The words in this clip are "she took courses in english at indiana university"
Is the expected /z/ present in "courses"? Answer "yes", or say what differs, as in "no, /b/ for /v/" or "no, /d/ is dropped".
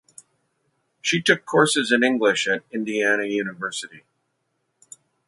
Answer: yes